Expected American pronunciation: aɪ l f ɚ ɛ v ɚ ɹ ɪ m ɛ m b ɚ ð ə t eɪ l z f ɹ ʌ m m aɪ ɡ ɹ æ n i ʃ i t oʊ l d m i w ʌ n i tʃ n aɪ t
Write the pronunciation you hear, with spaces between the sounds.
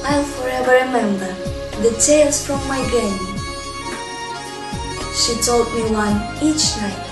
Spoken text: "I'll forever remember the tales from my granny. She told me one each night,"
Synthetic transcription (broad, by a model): aɪ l f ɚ ɛ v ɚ ɹ ɪ m ɛ m b ɚ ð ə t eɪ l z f ɹ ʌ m m aɪ ɡ ɛ i ʃ i t oʊ l d m i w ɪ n i tʃ n aɪ t